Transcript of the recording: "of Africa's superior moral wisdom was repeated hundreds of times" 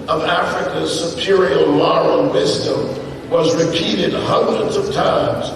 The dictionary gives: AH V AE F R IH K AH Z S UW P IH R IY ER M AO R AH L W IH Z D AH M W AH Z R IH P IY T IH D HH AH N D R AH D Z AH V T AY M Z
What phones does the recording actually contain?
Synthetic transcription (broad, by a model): AH V AE F R IH K AH Z S UW P IH R IY ER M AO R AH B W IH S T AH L W AH Z R IH P IY T IH D HH AH N D R AH D Z AH V T AY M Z